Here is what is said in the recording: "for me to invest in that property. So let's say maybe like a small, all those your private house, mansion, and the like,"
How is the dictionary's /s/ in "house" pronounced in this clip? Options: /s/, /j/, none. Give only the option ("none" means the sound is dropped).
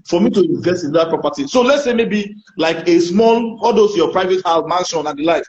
none